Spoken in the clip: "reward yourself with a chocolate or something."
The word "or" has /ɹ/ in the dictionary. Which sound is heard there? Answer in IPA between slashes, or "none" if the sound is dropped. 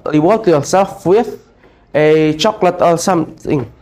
/l/